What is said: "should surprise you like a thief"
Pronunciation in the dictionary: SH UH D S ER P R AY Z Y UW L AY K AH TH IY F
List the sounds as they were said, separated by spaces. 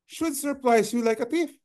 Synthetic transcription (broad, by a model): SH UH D S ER P L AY S Y UW L AY K AH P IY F